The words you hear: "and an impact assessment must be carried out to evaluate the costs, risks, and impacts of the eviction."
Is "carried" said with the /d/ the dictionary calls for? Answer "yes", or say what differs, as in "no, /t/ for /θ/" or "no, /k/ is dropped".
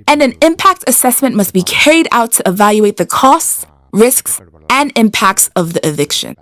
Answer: yes